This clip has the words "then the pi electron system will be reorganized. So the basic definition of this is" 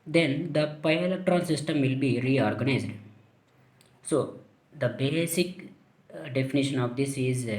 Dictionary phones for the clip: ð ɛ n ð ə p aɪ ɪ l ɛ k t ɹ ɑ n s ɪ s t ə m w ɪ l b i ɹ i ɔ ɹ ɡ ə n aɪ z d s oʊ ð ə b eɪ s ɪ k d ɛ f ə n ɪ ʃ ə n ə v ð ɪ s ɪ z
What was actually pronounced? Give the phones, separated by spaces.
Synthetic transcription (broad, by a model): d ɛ n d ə p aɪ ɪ l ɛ t ɹ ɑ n s ɪ s t ə m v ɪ l b i ɹ i ɔ ɹ ɡ ə n aɪ z d s oʊ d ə b eɪ s ɪ k d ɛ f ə n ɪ ʃ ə n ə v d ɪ s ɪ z